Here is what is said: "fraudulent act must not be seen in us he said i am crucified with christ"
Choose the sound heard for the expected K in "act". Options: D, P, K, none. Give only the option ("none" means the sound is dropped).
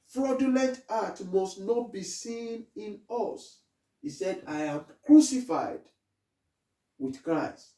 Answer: none